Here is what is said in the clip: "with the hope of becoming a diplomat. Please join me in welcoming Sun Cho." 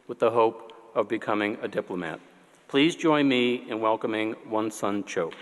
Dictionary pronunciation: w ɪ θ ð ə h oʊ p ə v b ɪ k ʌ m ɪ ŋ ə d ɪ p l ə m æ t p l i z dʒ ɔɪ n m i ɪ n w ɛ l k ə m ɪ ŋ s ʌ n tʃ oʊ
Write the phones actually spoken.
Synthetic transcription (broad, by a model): w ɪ ð ə h oʊ p ə v b ɪ k ʌ m ɪ ŋ ə d ɪ p l ə m æ t p l i z dʒ ɔɪ n m i ɪ n w ɛ l k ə m ɪ ŋ s ʌ n tʃ oʊ